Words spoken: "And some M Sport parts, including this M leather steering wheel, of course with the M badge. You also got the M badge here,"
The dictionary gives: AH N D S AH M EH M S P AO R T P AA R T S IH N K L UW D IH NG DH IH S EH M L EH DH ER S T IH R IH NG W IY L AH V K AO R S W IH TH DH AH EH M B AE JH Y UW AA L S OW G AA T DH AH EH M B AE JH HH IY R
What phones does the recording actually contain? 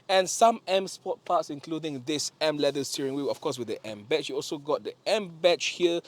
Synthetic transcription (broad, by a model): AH N S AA M EH M S P AO T P AA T S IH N K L UW D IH NG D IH S EH M L EH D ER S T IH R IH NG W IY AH F K AO S W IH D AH EH M B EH CH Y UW AA L S OW G AA T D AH EH M B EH CH HH IY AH